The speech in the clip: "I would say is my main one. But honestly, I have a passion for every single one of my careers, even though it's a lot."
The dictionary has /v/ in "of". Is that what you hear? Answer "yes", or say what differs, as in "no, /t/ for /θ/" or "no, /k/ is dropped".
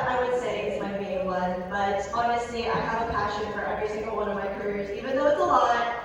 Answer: yes